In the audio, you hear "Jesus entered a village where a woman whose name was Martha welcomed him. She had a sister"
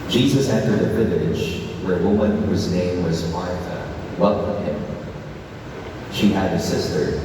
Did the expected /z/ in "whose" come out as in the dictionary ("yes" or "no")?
yes